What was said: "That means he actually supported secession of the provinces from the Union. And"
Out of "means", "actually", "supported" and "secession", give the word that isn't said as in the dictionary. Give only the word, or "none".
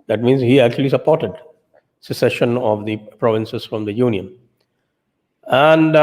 none